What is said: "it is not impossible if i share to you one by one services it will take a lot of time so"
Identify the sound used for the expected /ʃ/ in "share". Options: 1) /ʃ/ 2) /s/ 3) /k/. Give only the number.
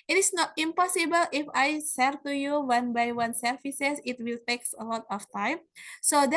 2